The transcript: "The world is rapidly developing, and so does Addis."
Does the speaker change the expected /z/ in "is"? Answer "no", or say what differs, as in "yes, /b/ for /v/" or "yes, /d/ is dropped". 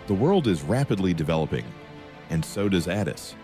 no